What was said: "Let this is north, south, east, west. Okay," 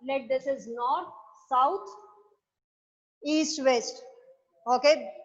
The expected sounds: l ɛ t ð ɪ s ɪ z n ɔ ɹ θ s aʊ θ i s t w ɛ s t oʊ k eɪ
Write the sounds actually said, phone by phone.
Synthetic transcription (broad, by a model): l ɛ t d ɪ s ɪ z n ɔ ɹ t s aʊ t i s t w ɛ s t oʊ k eɪ